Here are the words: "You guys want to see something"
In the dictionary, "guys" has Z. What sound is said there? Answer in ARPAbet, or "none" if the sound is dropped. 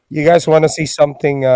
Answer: Z